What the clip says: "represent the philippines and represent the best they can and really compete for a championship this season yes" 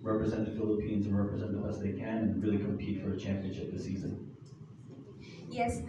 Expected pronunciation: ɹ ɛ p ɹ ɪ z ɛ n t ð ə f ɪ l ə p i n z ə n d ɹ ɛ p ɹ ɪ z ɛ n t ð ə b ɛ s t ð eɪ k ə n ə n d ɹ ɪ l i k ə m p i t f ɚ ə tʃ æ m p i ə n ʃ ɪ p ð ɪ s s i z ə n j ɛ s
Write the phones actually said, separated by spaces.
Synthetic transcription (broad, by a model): ɹ ɛ p ɹ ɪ z ɛ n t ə f ɪ l ə p i n z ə n ɹ ɛ p ɹ ɪ z ɛ n t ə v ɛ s ð eɪ k ə n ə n ɹ ɪ l i k ə m p i t f ɚ ə tʃ æ m p i ə n ʃ ɪ p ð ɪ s s i z ə n j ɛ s